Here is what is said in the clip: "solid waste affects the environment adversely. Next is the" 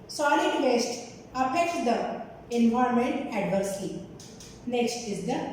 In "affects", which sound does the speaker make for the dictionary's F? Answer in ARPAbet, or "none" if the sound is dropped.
P